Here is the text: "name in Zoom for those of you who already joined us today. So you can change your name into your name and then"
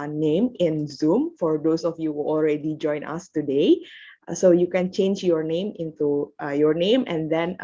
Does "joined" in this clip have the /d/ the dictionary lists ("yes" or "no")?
no